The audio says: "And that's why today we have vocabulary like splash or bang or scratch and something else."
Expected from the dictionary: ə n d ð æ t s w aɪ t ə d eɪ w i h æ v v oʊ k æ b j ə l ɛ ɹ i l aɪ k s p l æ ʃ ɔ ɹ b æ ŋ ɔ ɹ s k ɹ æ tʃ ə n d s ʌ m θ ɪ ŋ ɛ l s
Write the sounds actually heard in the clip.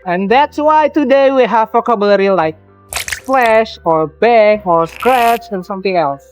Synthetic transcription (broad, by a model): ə n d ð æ t s w aɪ t ə d eɪ w i h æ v f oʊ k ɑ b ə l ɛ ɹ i l aɪ k s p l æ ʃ ɔ ɹ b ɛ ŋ ɔ ɹ s k ɹ æ tʃ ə n s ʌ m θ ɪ ŋ ɛ l s